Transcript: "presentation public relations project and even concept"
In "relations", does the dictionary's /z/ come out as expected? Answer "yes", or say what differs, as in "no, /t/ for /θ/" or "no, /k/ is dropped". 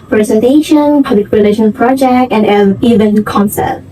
no, /z/ is dropped